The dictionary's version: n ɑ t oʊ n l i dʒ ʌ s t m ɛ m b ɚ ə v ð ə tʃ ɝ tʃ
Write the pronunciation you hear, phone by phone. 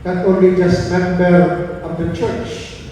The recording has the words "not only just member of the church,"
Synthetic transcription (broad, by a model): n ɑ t oʊ n l i dʒ ʌ s t m ɛ m b ɚ ə v ð ə tʃ ɝ tʃ